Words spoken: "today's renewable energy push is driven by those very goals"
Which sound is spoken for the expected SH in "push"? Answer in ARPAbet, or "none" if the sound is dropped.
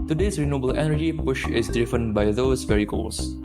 SH